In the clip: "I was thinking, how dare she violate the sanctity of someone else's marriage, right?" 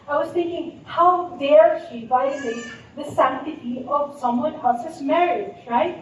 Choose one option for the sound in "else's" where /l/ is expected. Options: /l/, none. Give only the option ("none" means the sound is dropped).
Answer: none